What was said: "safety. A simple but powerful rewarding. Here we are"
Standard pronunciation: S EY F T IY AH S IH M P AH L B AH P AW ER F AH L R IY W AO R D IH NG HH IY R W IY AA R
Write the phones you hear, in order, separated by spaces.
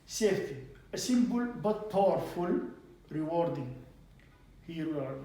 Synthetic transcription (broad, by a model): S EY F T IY AH S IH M B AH L B AH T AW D F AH L R IY W AO R D IH NG HH IY R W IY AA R